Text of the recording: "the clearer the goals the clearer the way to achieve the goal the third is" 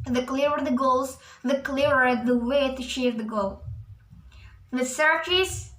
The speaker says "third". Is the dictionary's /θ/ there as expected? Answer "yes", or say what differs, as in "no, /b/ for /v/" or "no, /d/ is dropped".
no, /s/ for /θ/